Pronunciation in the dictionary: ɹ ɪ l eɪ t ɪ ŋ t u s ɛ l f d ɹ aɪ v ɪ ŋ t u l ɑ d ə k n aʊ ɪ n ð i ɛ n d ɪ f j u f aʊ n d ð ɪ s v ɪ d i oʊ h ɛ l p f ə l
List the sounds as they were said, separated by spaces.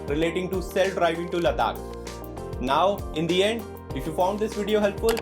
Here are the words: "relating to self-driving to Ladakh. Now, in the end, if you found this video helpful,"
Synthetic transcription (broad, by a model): ɹ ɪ l eɪ t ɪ ŋ t u s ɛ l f d ɹ aɪ v ɪ ŋ t u l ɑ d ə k n aʊ ɪ n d i ɛ n d ɪ f j u f aʊ n d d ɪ s v ɪ d i oʊ h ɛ l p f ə l